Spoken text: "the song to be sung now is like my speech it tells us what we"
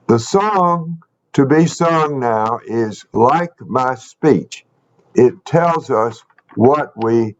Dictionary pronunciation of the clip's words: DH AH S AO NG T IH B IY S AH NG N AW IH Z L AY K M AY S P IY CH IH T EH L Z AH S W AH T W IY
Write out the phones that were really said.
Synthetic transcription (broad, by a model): DH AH S AO NG T IH B IY S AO NG N AW IH Z L AY K M AY S P IY CH IH T EH L Z AH S W AH T W IY